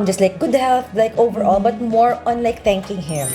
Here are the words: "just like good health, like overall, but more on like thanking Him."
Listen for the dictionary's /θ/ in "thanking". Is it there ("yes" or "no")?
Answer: no